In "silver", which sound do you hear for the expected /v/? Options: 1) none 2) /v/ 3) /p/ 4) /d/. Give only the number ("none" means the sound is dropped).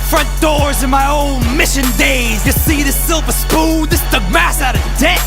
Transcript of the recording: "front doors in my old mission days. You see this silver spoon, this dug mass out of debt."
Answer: 3